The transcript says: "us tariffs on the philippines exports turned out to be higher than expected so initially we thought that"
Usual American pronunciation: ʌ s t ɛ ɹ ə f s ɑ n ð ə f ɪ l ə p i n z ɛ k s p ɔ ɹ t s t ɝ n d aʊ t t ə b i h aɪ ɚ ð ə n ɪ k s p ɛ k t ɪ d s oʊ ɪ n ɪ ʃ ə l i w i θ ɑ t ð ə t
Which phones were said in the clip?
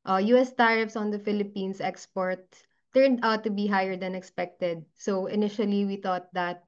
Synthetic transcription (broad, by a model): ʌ s t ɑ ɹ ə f s ɑ n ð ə f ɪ l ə p i n s ɛ k s p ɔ ɹ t t ɝ n d aʊ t t ə b i h aɪ ɚ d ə n ɪ k s p ɛ k t ɪ d s oʊ ɪ n ɪ ʃ ə l i w i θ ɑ t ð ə t